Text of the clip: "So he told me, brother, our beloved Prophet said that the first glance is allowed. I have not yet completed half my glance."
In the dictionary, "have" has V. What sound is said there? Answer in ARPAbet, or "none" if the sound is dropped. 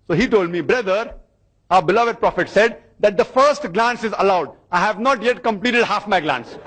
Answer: V